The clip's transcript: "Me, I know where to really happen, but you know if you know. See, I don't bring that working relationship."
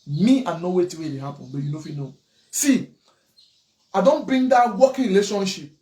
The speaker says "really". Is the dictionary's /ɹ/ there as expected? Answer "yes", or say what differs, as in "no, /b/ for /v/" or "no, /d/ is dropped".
no, /w/ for /ɹ/